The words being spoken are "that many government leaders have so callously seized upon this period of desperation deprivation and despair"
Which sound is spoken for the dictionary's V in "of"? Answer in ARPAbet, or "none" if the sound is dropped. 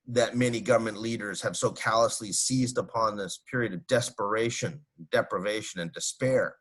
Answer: V